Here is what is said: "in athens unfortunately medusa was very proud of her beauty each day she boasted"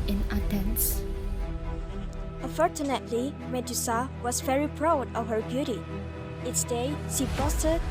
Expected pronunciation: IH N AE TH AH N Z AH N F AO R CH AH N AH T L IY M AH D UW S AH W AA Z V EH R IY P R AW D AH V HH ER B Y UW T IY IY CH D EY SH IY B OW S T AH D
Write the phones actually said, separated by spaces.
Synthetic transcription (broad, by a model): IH N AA T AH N S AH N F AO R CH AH N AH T L IY M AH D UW S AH W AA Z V EH R IY P R AW D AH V HH ER B Y UW T IY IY S D EY SH IY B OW S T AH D